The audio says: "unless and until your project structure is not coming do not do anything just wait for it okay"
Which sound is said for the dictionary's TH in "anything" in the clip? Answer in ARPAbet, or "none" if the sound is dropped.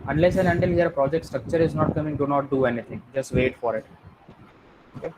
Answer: T